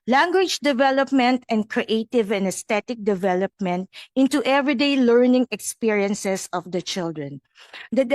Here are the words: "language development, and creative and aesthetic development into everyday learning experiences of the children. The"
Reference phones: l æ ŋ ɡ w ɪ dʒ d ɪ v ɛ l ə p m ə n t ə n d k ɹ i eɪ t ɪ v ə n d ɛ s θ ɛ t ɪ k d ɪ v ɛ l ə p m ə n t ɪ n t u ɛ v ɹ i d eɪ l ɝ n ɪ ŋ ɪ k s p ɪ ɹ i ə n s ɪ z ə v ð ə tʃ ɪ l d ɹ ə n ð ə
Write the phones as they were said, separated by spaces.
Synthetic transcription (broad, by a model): l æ ŋ ɡ w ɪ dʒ d ɪ v ɛ l ə p m ə n t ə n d k ɹ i eɪ t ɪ v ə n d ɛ s t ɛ t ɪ k d ɪ v ɛ l ə p m ə n t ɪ n t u ɛ v ɹ i d eɪ l ɝ n ɪ ŋ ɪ k s p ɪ ɹ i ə n s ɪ s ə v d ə tʃ ɪ l d ɹ ə n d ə